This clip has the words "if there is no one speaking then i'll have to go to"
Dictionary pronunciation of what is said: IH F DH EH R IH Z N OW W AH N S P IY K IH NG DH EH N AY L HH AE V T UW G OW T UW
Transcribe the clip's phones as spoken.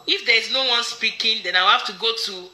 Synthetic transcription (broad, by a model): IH F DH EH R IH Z N OW W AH N S P IY K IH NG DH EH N AY W HH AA F T UW G OW T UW